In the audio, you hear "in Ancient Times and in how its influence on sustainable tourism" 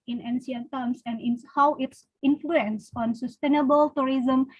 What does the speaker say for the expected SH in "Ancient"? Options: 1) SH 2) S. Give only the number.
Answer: 2